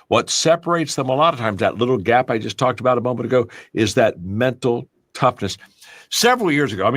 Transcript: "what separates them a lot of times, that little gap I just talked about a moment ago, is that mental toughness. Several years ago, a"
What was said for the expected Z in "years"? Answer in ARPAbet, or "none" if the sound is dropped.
Z